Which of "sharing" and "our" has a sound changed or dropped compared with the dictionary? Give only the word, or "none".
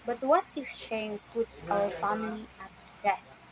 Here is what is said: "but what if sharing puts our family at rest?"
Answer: sharing